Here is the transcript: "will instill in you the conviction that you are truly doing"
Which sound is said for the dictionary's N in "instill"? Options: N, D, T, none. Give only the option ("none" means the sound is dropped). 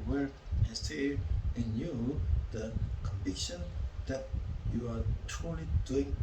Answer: none